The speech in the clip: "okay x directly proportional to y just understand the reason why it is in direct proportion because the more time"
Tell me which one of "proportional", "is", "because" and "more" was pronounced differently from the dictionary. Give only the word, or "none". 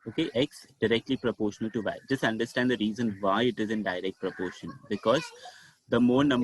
none